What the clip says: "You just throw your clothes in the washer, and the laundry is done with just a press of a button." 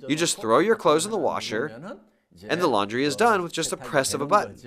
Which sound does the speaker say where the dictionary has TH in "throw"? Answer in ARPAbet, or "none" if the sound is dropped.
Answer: TH